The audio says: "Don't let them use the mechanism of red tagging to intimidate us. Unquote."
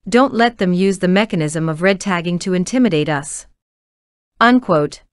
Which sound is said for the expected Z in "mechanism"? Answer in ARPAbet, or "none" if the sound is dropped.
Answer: Z